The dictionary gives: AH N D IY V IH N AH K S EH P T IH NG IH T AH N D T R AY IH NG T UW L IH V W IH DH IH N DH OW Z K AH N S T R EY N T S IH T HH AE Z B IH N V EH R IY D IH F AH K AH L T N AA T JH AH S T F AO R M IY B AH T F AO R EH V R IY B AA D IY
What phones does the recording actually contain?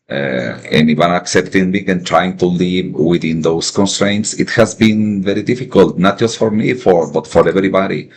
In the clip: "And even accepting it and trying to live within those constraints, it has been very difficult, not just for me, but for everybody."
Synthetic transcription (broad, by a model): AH N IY W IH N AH K S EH P T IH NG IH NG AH N T R AY IH NG T UW L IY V W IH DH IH N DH OW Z K AH N S T R EY N T S IH T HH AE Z B IH N V EH R IY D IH F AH K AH L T N AA T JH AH S T F AO R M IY B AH T F AO R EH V R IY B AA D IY